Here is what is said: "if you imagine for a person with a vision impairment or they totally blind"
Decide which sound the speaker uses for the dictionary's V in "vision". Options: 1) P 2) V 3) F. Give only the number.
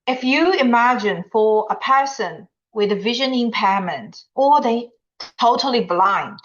2